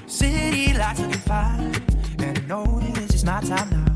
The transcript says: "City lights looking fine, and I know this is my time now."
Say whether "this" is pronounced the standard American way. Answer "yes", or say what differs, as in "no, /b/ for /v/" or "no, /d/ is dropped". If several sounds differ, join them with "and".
no, /s/ is dropped